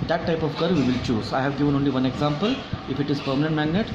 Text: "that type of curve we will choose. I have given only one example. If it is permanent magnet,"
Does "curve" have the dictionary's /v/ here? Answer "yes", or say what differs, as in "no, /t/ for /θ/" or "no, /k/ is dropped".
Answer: yes